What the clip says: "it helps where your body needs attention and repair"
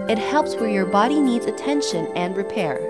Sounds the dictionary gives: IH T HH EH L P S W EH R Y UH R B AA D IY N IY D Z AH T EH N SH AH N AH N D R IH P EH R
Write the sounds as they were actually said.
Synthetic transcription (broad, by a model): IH T HH EH L P S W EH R Y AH R B AA D IY N IY D Z AH T EH N SH AH N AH N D R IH P EH R